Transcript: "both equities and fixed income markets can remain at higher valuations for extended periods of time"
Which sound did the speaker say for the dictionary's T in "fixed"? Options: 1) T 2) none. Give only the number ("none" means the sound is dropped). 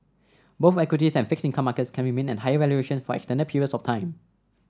2